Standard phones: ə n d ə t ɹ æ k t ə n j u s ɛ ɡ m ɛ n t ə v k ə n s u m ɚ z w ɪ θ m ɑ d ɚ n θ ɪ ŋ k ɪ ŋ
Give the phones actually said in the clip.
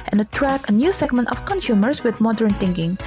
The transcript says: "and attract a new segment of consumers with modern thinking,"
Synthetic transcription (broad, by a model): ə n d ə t ɹ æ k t ə n j u s ɛ ɡ m ɛ n t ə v k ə n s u m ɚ s w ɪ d m ɑ d ɚ n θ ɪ ŋ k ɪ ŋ